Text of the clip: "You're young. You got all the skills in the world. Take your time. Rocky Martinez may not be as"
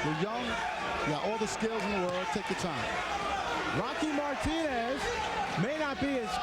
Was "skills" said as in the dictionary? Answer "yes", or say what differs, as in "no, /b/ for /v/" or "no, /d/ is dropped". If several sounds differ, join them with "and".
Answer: yes